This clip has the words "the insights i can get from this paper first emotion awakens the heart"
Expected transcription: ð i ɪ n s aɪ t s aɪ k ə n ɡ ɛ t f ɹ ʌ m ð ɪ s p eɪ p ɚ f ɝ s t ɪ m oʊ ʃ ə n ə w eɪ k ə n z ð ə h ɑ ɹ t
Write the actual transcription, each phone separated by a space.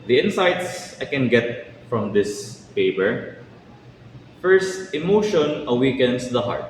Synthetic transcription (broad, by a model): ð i ɪ n s aɪ t s aɪ k ə n ɡ ɛ t f ɹ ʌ m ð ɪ s p eɪ p ɚ f ɝ s t ɪ m oʊ ʃ ə n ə w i k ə n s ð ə h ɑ ɹ t